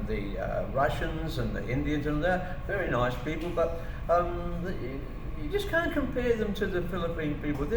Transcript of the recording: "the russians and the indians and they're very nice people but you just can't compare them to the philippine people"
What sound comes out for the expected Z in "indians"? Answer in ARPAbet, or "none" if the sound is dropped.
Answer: Z